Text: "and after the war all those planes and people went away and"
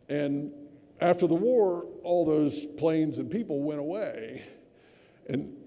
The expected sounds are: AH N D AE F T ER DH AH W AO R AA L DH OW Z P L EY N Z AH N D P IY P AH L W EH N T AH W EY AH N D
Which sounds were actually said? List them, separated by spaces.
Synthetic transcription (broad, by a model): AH N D AE F T ER DH AH W AO R AA L DH OW Z P L EY N Z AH N P IY P L W EH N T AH W EY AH N